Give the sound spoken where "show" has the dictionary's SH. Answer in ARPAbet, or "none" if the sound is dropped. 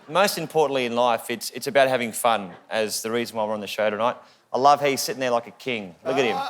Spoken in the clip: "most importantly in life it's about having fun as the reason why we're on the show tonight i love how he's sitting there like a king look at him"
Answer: SH